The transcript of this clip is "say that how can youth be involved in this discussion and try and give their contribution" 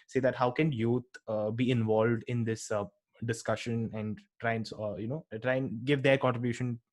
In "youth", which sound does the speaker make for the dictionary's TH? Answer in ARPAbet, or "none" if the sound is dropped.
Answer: T